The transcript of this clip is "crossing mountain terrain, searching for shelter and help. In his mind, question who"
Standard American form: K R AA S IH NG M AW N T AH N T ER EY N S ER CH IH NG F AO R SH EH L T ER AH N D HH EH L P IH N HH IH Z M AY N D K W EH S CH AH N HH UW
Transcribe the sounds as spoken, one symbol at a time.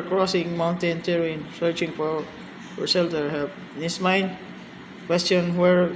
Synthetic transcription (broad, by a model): K R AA S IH NG M AW N T AH N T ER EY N S ER CH IH NG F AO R S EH L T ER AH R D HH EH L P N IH S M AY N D K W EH S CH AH N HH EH